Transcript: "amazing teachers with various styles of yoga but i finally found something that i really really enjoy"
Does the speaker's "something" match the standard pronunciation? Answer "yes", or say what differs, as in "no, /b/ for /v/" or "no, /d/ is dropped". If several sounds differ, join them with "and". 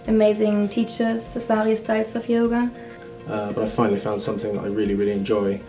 yes